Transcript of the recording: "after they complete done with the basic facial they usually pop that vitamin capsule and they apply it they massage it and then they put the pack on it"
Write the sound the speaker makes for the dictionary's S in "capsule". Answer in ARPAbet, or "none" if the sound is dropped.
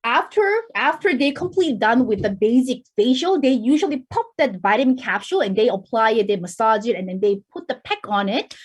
SH